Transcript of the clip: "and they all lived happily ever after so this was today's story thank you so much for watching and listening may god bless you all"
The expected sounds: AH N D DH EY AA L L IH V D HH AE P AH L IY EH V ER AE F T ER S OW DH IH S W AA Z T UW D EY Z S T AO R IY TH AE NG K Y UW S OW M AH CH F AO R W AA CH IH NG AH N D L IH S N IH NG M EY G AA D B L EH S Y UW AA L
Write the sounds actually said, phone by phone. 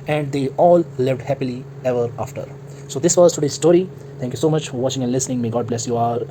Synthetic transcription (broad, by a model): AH N D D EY AA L L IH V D HH AE P AH L IY EH V ER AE F T ER S OW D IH S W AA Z T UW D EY S T AO R IY T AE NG K Y UW S OW M AH CH F AO R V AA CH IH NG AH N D L IH S N IH NG M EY G AA D B L EH S Y UW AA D